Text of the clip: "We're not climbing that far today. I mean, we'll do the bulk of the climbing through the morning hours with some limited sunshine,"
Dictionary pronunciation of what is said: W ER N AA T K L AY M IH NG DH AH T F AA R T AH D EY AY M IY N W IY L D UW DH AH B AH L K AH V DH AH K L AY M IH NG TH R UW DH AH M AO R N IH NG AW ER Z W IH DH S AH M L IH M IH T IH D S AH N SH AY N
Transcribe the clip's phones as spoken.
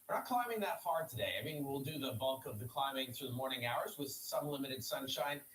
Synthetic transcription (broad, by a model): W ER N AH T K L AY M IH NG DH AH T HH AA R T AH D EY AY M IY N W IY L D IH DH AH B AH L K AH V DH AH K L AY M IH NG TH R UW DH AH M AO R N IH NG AW ER Z W IH DH S AH M L IH M IH T IH D S AH N SH AY N